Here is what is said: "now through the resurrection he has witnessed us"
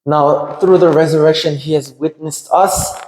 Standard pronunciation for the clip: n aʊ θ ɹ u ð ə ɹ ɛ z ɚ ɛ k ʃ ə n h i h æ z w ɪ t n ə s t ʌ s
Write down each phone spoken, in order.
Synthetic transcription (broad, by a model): n aʊ θ ɹ u ð ə ɹ ɛ z ɚ ɛ k ʃ ə n h i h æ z w ɪ t n ə s t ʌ s